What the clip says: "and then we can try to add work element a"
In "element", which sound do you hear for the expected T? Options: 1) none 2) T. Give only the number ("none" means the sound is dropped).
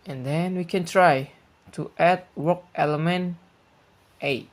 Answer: 2